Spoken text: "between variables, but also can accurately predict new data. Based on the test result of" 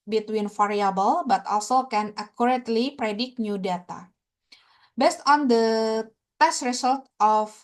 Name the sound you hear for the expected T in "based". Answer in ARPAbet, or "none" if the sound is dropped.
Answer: T